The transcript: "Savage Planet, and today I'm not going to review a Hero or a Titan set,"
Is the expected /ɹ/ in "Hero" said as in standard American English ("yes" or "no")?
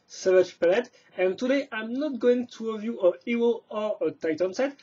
no